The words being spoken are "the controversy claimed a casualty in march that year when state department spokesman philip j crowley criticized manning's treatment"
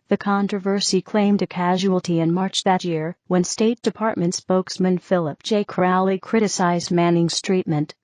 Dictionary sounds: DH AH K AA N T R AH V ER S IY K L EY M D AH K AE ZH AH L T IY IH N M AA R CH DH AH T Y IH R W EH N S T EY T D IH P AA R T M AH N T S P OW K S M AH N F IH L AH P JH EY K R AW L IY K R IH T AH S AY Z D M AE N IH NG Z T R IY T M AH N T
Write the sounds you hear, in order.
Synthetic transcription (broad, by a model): DH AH K AA N T R AH V ER S IY K L EY M D AH K AE ZH AH L T IY IH N M AA R CH DH AH T Y IH R W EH N S T EY T D IH P AA R T M AH N T S P OW K S M AH N F IH L AH P JH EY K R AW L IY K R IH T AH S AY Z D M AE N IH NG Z T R IY T M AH N T